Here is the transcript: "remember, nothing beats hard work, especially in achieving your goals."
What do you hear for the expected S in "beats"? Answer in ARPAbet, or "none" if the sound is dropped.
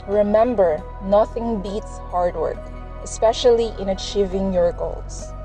S